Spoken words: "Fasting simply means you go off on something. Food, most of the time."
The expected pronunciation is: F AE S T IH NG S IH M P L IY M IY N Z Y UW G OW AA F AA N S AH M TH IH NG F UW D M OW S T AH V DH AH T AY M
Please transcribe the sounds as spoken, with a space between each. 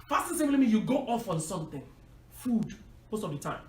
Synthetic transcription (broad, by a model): F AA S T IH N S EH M L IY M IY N Y UW G OW AA F AA N S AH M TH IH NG F UW D M OW S T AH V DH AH T AY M